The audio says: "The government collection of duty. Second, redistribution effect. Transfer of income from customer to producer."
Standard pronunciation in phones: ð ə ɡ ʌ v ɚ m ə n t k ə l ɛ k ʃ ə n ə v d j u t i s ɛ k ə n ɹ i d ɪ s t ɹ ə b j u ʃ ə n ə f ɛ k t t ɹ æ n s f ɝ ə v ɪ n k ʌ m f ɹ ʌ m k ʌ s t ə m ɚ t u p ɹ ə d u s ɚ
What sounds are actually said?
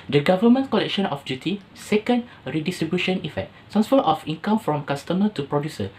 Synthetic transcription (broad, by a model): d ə ɡ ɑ v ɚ m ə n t k ə l ɛ k ʃ ə n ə f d j u t i s ɛ k ə n ɹ i d ɪ s t ɹ ə b j u ʃ ə n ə f ɛ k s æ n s f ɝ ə f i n k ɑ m f ɹ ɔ m k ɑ s t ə m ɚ t u p ɹ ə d u s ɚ